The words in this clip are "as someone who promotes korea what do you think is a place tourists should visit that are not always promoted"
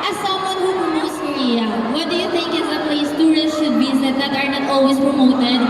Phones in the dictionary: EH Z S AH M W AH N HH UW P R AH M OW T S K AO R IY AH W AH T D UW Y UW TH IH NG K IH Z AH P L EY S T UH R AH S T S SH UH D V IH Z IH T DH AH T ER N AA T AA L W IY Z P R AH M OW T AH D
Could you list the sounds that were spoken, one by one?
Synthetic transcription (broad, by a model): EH S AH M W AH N HH UW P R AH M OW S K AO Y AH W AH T D UW Y UW T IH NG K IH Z AH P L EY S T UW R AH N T SH UH D B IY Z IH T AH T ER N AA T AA L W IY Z P R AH M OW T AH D